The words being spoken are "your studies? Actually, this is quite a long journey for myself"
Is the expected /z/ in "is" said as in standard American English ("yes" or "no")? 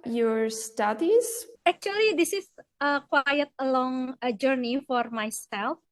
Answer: no